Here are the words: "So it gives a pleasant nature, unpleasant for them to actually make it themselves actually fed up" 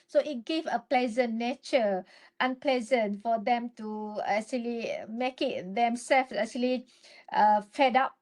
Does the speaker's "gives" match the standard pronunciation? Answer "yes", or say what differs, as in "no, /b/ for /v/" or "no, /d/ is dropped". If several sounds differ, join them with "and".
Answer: no, /z/ is dropped